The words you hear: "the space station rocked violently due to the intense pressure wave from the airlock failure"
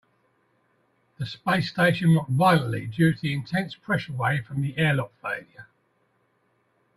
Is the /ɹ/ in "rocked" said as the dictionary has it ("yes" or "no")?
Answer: no